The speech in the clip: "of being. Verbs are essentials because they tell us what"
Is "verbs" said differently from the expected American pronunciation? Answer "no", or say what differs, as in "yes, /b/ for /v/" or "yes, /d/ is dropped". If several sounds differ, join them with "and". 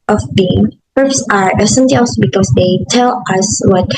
yes, /p/ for /v/